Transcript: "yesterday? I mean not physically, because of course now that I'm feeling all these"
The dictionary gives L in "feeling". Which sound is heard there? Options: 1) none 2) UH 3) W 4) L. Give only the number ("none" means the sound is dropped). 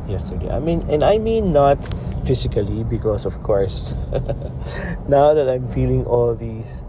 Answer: 4